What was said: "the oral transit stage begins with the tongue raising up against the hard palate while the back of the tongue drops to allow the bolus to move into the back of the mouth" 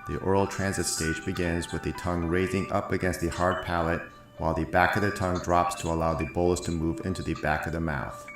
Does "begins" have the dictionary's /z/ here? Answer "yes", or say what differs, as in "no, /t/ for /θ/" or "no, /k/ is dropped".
yes